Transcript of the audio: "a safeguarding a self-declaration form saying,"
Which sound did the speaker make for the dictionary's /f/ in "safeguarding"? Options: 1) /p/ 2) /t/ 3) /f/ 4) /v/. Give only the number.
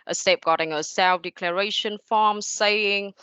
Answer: 1